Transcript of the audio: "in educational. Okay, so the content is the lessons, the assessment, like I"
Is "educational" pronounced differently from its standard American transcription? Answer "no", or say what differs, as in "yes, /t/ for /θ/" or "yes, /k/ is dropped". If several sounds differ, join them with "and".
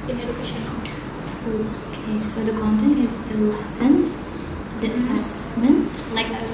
yes, /n/ is dropped and /n/ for /l/